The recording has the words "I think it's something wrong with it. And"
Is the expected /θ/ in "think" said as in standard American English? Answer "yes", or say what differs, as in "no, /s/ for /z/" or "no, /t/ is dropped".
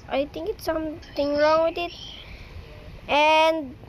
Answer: no, /t/ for /θ/